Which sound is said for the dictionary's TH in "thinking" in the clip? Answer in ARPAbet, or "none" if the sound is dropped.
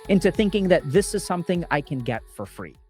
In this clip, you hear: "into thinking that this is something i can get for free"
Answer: TH